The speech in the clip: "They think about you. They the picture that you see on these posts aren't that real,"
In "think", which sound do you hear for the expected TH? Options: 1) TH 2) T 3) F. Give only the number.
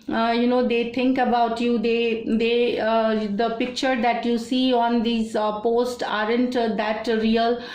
2